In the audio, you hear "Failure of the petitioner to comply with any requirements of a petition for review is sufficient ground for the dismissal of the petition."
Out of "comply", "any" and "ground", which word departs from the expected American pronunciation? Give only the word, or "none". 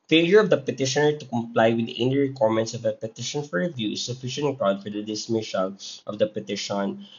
ground